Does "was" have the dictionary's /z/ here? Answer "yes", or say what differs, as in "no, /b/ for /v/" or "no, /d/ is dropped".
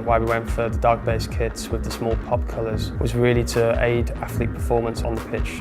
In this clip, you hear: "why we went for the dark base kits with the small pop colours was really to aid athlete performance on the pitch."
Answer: yes